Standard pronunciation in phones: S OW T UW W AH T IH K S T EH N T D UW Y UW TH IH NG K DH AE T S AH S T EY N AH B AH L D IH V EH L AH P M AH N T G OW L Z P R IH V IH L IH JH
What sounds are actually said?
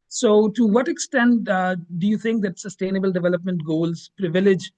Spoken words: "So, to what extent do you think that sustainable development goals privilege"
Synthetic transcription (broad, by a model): S OW T UW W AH T IH K S T EH N T D UW Y UW T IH NG K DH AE T S AH S T EY N AH B AH L D IH V EH L AH P M AH N T G OW L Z P R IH V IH L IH JH